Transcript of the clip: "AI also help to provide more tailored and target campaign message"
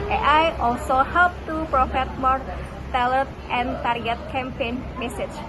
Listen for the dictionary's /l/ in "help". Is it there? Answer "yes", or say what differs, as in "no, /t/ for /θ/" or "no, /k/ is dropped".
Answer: yes